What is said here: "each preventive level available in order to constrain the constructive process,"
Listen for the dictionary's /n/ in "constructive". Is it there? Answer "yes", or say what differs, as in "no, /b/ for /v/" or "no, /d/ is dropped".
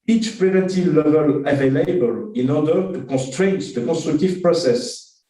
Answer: no, /n/ is dropped